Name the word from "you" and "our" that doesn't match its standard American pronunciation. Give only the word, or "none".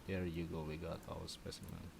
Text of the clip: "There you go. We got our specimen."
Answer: our